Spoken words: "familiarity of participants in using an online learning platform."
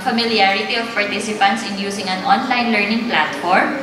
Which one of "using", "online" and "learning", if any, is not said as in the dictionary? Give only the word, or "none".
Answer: using